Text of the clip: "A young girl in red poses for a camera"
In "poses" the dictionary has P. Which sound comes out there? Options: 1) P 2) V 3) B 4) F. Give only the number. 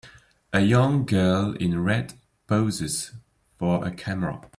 3